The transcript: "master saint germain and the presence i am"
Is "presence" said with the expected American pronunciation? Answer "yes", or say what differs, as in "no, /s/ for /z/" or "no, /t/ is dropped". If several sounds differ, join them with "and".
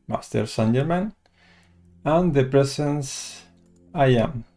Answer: no, /s/ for /z/